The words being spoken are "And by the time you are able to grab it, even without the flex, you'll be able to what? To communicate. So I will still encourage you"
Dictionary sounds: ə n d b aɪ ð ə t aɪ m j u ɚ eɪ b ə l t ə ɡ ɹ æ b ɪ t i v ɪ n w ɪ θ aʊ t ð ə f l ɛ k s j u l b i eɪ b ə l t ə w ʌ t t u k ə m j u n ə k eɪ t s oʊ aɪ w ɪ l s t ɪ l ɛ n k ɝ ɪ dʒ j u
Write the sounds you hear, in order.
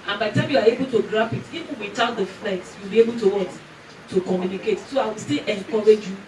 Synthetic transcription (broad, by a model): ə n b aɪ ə t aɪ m j u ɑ eɪ b ə l t ə ɡ ɹ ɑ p ɪ t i w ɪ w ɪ t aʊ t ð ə f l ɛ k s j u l b i eɪ b ə l t ə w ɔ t t u k ə m j u n ə k eɪ t s oʊ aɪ w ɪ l s t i l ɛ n k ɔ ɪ dʒ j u